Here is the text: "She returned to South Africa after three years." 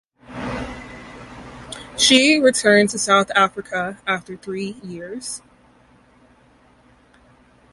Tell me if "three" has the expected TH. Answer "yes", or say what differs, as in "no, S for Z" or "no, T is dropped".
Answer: yes